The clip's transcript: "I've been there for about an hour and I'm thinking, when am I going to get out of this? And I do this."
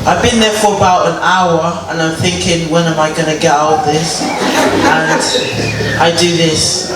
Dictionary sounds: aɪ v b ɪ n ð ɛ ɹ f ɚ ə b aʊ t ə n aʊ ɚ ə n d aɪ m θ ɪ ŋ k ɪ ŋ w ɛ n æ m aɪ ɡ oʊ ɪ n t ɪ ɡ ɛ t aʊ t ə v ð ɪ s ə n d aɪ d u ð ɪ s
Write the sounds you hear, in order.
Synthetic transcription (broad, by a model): aɪ v b ɪ n ð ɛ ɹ f ɚ ə b aʊ t ə n aʊ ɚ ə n aɪ m θ ɪ ŋ k ɪ ŋ w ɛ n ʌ m aɪ ɡ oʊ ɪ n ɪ ɡ ɛ t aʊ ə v ð ɪ s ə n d aɪ d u ð ɪ s